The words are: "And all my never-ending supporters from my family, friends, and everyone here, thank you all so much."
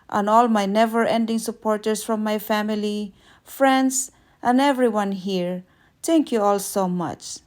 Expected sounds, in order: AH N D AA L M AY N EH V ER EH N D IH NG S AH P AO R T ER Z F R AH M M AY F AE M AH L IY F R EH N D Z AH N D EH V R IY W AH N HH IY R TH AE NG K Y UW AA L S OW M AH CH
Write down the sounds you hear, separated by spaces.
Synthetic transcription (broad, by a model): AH N AA L M AY N EH V ER EH N D IH NG S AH P AO R T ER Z F R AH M M AY F AE M AH L IY F R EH N D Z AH N EH V R IY W AH N HH IY R T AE NG K Y UW AA L S OW M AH CH